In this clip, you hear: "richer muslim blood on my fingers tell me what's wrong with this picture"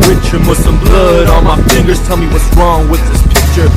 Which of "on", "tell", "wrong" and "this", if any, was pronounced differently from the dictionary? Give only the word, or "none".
on